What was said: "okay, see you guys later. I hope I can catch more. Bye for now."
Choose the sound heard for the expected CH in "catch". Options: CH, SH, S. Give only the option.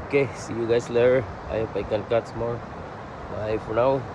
S